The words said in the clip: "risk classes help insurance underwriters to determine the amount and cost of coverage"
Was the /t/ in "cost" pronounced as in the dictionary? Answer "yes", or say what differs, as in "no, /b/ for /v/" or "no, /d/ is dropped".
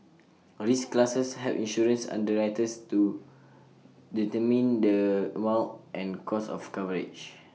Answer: no, /t/ is dropped